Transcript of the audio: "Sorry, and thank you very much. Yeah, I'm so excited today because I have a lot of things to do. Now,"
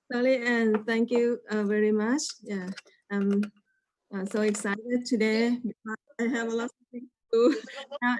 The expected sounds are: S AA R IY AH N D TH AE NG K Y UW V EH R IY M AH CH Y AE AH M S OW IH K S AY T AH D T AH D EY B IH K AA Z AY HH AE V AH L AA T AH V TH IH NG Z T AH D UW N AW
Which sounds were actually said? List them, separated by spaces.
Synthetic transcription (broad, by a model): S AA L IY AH N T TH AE NG K Y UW V EH R IY M AH CH Y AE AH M S OW IH K S AY T AH D T AH D EY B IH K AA AY HH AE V AH L AA T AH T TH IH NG T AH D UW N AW